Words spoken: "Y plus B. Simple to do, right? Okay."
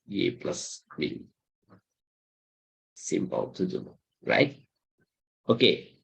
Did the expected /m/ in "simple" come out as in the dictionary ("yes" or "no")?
yes